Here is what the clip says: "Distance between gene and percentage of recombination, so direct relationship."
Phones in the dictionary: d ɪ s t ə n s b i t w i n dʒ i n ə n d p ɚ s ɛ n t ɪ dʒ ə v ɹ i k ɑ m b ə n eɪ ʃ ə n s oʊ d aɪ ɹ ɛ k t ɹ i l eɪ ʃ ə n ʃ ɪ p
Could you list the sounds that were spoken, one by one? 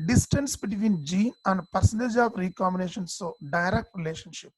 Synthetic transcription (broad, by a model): d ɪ s t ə n s b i t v i n dʒ i n ə n d p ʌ s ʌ n t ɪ dʒ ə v ɹ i k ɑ m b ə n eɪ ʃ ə n s oʊ d aɪ ɹ ɛ k t ɹ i l eɪ ʃ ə n ʃ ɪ p